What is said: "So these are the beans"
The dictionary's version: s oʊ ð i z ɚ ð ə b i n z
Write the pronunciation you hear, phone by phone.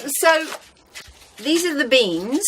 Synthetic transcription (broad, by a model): s oʊ ð i z ɚ ð ə b i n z